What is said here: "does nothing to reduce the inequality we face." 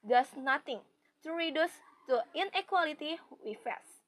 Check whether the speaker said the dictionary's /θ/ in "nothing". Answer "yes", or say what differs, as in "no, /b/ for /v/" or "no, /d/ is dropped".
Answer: no, /t/ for /θ/